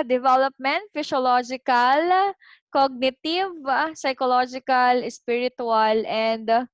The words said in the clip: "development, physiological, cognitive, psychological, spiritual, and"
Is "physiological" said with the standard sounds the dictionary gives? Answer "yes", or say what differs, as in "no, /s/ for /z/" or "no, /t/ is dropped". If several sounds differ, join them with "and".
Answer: no, /s/ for /z/